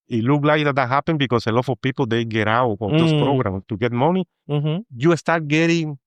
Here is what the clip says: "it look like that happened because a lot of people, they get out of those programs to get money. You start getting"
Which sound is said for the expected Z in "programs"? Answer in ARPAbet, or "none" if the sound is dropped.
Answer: none